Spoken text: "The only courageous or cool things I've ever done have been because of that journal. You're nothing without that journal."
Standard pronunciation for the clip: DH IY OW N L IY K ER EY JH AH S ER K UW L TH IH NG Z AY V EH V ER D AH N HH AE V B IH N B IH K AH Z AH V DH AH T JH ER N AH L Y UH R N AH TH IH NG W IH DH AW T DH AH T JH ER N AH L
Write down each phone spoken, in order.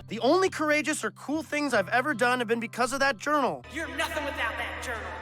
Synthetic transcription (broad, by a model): DH IY OW N L IY K ER EY JH AH S ER K UW L TH IH NG Z AY V EH V ER D AH N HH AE V B IH N B IH K AH Z AH V DH AH T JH ER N L Y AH R N AH TH IH NG W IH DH AW T DH AH T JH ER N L